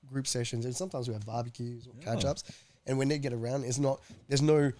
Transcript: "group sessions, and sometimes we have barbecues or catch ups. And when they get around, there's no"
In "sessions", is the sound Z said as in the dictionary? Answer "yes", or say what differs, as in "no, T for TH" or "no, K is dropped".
yes